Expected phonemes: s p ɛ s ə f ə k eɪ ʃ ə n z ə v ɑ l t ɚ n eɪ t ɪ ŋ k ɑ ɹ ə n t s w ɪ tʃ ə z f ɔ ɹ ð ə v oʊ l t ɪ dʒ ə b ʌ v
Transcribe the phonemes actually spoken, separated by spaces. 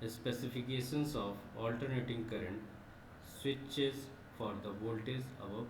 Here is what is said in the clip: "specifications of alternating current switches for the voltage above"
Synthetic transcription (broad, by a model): s p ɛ s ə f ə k eɪ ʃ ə n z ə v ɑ l t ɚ n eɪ t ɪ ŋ k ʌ ɹ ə n t s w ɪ tʃ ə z f ɔ ɹ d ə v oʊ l t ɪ z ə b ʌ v